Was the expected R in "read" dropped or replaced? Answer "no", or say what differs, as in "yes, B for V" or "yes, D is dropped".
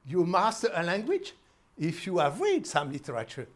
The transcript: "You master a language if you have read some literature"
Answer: no